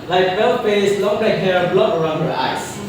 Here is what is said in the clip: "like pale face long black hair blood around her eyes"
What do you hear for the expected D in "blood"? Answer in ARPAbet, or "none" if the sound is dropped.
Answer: none